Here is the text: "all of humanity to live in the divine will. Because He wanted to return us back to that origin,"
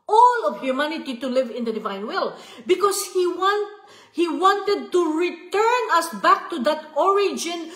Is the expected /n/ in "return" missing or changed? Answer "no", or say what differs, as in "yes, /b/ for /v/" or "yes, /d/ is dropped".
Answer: no